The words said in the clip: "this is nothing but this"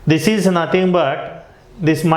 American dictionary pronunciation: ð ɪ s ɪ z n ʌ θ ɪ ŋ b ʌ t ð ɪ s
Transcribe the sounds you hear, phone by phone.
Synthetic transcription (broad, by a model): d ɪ s ɪ z n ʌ t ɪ ŋ b ʌ t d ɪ s